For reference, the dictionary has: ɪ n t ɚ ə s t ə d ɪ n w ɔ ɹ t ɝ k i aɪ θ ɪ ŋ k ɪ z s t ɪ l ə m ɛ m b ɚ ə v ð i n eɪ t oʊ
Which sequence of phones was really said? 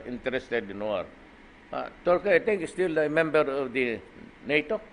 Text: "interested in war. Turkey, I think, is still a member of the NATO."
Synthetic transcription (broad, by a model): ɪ n t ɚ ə s t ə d ɪ n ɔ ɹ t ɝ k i aɪ t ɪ ŋ k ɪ s t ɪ l ə m ɛ m b ɚ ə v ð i n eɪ t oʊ